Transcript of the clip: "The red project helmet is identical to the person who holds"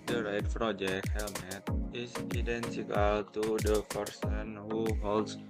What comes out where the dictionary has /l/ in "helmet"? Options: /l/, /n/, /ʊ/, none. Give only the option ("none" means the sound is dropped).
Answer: /l/